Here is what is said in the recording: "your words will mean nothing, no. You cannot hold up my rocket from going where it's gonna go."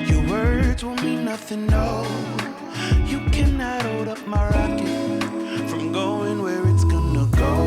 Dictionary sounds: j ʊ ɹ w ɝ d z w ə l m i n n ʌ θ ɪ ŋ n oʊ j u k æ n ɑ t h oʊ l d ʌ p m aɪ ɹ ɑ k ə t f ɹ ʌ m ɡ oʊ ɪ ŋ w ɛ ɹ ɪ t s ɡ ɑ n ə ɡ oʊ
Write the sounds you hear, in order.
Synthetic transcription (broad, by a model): j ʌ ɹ w ɝ d z w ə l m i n n ʌ θ ɪ ŋ n oʊ j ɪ k æ n ɑ t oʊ d ʌ p m aɪ ɹ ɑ k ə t f ɹ ʌ m ɡ oʊ ɪ ŋ w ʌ ɹ ɪ t s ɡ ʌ n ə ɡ oʊ